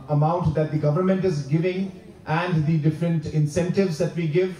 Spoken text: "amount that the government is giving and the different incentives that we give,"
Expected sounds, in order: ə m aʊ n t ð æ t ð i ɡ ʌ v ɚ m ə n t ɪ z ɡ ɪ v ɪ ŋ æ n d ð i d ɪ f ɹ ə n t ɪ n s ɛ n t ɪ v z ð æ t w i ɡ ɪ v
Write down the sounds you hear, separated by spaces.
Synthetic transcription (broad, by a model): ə m aʊ n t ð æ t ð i ɡ ʌ v ɚ m ə n t ɪ z ɡ ɪ v ɪ ŋ æ n d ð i d ɪ f ɹ ə n t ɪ n s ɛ n t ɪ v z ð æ t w i ɡ ɪ v